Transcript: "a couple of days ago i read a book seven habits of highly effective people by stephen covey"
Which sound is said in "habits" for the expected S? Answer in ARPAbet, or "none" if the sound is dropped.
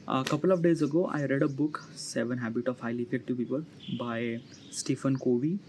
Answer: none